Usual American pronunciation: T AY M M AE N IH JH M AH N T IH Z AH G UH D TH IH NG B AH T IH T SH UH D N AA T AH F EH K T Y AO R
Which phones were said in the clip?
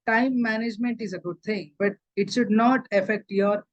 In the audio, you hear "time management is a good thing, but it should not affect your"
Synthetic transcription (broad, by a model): T AY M M AE N IH JH M AH N T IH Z AH G UH D T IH NG B AH T IH T SH UH D N AA T AH F EH K T Y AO R